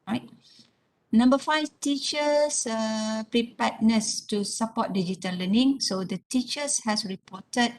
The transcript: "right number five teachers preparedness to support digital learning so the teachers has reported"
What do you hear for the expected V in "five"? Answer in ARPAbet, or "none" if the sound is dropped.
F